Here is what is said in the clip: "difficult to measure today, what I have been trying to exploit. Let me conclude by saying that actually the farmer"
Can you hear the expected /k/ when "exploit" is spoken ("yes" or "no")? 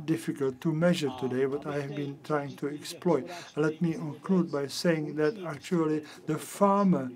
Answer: yes